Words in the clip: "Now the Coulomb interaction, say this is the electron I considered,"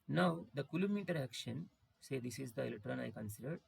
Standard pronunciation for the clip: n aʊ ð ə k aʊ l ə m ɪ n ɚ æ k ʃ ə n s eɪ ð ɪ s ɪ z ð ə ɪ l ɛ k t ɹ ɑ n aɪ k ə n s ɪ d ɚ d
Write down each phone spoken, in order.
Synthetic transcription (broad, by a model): n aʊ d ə k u l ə m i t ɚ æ k ʃ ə n s eɪ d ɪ s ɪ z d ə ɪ l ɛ t ɹ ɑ n aɪ k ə n s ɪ d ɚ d